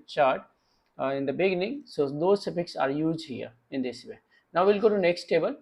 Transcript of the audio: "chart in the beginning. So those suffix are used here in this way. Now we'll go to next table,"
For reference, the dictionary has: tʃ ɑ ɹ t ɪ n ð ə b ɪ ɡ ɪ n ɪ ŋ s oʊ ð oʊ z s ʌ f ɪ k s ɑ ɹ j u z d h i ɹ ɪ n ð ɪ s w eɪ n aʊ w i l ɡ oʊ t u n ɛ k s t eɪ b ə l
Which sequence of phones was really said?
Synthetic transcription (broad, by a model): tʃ ɑ ɹ t ɪ n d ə b ɪ ɡ ɪ n ɪ ŋ s oʊ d oʊ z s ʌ p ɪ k s ɑ ɹ j u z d h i ɹ ɪ n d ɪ s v eɪ n aʊ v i l ɡ oʊ t u n ɛ k s t eɪ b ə l